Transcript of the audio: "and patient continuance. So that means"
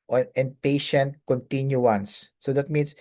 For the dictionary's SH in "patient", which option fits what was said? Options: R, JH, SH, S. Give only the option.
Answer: SH